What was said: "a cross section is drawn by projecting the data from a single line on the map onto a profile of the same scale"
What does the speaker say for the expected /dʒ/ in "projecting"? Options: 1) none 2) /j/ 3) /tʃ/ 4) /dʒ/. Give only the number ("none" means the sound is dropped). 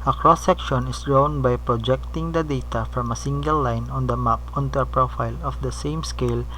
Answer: 4